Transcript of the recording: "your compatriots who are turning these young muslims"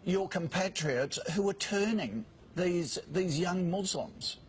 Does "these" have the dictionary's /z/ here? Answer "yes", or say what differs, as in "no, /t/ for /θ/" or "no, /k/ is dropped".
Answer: yes